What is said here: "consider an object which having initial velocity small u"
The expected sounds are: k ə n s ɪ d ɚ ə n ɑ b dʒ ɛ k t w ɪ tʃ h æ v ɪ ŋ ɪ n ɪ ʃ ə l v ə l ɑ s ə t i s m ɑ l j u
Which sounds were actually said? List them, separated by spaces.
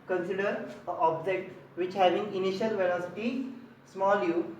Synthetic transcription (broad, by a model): k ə n s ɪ d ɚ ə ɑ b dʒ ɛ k t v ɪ tʃ h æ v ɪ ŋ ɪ n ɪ ʃ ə l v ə n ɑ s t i s m ɑ l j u